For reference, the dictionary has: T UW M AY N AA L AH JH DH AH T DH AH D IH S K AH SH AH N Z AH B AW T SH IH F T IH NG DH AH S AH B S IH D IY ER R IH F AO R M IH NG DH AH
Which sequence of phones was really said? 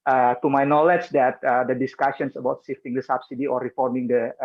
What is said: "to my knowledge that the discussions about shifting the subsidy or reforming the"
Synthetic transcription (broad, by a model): T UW M AY N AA L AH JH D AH T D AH D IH S K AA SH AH N S AH B AW T S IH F T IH NG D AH S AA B S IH D IY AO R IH F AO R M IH NG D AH